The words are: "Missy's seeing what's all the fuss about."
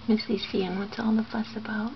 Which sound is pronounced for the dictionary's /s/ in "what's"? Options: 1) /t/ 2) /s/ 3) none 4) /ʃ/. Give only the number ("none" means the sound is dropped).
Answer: 3